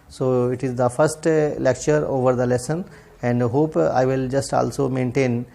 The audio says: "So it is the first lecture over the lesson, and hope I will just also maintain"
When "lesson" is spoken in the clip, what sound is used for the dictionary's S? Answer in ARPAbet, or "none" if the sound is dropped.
S